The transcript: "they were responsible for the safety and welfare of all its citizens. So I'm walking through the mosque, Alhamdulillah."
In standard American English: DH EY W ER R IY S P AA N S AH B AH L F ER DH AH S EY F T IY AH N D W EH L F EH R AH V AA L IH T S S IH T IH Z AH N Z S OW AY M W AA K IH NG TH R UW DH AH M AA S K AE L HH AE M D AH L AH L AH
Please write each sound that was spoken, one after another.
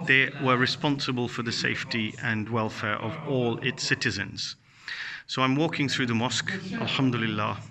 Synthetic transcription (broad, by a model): DH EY W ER R IY S P AA N S AH B AH L F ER DH AH S EY F T IY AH N W EH L F EH R AH V AA L IH T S S IH T IH Z AH N Z S OW AY M W AA K IH NG TH R UW DH AH M AA S K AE L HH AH M D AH L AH L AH